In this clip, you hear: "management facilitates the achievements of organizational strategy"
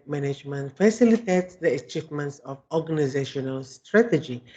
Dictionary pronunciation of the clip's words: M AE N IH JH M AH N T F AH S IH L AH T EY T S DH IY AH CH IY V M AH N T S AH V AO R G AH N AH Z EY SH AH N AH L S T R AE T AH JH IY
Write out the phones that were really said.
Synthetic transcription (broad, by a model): M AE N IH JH M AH N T F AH S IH L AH T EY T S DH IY AH CH IY V M AH N T S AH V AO G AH N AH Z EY SH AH N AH L S T R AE T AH JH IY